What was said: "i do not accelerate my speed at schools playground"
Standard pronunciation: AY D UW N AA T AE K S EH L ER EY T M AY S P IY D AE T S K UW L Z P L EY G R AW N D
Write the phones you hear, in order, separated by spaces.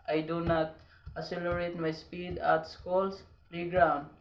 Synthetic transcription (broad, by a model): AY D UW N AA T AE S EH L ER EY T M AY S P IY D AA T S K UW L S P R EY G R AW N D